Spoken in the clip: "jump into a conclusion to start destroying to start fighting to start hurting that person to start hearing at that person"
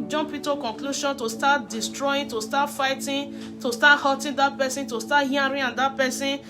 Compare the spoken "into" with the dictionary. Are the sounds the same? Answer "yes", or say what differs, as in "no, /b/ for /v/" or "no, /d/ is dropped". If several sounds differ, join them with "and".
no, /n/ is dropped